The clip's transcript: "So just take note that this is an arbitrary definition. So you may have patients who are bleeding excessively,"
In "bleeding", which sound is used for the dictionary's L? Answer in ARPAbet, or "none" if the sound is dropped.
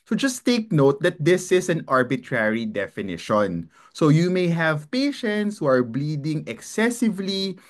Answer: L